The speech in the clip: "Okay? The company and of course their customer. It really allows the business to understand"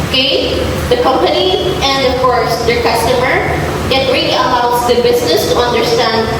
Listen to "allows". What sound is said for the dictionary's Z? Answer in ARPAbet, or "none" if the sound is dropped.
S